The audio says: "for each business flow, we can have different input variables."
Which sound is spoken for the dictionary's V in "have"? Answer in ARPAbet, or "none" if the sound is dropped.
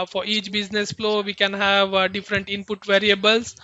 V